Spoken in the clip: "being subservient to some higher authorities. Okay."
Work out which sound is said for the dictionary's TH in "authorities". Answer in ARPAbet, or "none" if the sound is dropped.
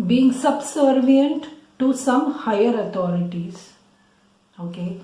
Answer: T